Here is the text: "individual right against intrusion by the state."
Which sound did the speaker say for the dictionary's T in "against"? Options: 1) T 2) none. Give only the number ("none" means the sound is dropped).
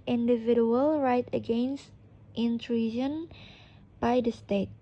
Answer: 1